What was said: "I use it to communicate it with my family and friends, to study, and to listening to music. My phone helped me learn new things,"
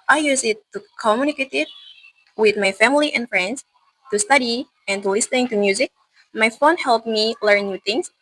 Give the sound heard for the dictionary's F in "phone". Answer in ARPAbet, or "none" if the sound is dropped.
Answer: F